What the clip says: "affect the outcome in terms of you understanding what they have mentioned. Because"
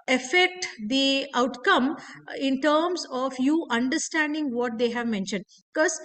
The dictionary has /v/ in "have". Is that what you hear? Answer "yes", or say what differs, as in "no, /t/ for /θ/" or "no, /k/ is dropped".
yes